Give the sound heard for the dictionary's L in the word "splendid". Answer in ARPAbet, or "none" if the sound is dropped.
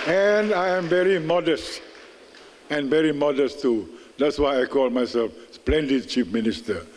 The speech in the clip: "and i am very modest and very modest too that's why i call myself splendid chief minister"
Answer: L